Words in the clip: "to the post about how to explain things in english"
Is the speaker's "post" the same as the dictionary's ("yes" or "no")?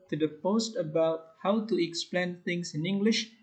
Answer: yes